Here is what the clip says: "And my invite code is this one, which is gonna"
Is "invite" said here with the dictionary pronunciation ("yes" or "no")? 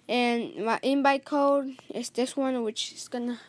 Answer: no